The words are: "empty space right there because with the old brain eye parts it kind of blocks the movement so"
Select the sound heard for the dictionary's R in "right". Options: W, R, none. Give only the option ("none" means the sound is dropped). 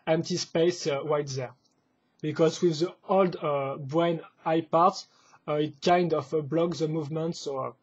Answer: W